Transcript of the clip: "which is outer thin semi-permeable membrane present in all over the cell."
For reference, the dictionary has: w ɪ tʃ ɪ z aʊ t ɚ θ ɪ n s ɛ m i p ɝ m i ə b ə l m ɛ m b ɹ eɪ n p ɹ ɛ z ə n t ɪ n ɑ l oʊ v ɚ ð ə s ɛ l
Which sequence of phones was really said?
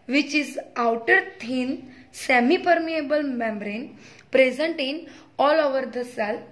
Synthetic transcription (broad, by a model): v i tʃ ɪ z aʊ t ɚ t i n s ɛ m i p ɝ m i ə b ə l m ɛ m b ɹ eɪ n p ɹ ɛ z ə n t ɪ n ɑ l oʊ v ɚ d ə s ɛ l